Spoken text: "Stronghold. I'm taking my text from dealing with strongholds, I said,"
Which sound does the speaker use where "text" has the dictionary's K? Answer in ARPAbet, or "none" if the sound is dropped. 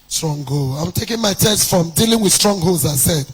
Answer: none